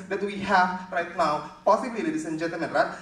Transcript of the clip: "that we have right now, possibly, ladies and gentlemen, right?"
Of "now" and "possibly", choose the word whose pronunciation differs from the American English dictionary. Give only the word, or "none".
possibly